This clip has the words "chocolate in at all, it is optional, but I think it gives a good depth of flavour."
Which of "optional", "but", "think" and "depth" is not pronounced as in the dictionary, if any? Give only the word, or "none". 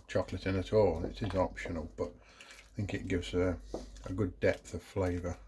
none